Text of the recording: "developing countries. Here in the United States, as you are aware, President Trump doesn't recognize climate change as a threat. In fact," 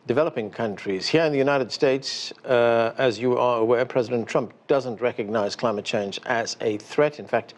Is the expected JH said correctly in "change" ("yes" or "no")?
yes